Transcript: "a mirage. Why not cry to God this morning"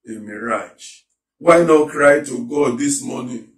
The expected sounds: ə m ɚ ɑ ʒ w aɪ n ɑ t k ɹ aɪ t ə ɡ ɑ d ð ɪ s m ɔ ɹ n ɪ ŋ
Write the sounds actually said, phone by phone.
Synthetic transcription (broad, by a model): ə m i ɑ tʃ w aɪ n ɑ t k ɹ aɪ t ə ɡ ɑ d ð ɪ s m ɔ n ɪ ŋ